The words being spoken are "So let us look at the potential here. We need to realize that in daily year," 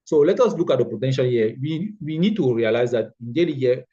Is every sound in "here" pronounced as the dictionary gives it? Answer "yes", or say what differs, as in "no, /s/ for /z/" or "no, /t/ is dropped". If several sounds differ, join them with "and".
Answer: no, /w/ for /ɹ/